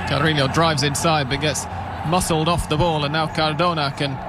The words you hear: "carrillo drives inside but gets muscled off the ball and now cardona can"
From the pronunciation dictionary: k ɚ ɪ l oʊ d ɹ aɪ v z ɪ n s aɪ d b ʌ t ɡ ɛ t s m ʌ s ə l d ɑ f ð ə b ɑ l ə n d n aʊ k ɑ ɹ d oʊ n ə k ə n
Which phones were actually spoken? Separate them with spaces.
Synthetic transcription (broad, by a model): k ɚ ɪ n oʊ d ɹ aɪ v z ɪ n s aɪ d b ʌ t ɡ ɛ t s m ʌ s l d ɑ f ð ə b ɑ l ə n n aʊ k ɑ ɹ d oʊ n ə k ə n